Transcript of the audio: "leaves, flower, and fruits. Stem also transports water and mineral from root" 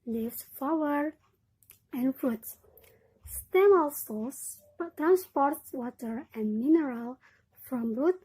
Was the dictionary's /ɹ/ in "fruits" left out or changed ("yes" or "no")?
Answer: yes